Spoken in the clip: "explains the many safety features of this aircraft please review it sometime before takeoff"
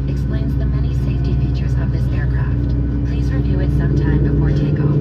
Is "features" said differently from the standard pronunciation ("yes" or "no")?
no